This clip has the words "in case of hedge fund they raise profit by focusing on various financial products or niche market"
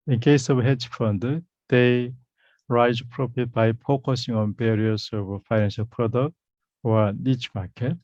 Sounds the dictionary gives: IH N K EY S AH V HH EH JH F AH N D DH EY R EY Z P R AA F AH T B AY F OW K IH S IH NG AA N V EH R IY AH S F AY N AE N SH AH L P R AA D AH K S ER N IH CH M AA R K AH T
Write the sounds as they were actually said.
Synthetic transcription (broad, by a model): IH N K EY S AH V HH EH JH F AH N D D EY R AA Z P R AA P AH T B AY P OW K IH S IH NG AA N B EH R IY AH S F AY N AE N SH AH L P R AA D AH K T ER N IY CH M AA K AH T